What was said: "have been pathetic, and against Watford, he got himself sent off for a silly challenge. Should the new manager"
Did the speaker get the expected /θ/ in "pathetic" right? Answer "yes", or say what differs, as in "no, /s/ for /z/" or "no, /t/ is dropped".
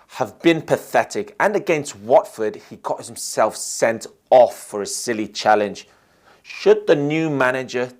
yes